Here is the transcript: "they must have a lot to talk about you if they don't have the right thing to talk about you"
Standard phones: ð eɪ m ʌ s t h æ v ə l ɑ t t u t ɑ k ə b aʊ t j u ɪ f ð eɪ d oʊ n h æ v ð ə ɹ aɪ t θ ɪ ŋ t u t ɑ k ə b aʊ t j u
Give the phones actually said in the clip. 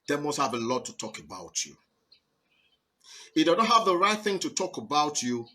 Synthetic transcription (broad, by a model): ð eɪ m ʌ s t h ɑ v ə l ɑ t t u t ɑ k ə b aʊ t j u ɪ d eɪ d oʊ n h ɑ v ð ə ɹ aɪ t θ ɪ ŋ t u t ɑ k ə b aʊ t j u